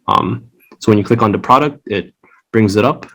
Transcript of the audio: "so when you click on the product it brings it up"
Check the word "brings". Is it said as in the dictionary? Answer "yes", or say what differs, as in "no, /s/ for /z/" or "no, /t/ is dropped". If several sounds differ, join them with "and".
yes